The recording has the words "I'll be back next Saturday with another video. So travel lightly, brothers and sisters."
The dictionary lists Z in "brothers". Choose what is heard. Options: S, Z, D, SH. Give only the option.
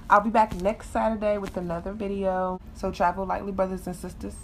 Z